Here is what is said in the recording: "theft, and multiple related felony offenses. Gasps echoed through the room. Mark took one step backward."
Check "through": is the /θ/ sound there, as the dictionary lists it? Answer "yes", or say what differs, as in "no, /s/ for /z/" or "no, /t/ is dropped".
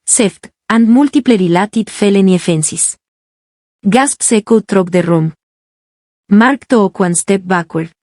no, /t/ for /θ/